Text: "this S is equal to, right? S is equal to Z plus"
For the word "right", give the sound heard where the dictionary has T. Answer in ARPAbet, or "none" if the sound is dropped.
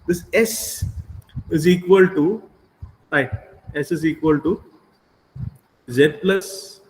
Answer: none